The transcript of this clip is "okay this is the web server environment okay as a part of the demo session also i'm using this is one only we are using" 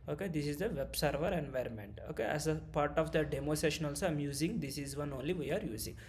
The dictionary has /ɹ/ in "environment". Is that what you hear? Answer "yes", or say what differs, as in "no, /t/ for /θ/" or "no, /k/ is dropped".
yes